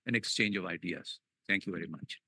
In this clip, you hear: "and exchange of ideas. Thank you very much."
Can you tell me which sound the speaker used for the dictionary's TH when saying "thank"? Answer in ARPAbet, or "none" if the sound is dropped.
T